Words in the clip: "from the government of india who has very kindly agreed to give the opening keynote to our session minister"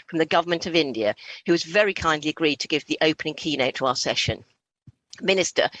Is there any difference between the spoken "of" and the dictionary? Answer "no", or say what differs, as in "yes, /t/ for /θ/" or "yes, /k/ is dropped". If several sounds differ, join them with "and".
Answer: no